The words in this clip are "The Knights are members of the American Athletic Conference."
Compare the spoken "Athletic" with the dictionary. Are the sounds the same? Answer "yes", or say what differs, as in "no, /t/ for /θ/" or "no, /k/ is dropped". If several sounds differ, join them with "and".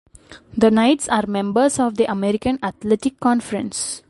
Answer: no, /t/ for /θ/